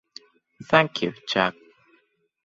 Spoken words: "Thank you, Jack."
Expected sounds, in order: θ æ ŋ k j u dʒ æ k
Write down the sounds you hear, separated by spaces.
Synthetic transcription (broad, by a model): θ æ ŋ k j u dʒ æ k